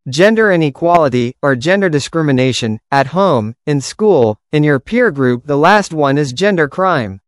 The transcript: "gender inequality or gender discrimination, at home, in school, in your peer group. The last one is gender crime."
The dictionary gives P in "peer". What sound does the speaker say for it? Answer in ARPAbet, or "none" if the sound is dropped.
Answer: P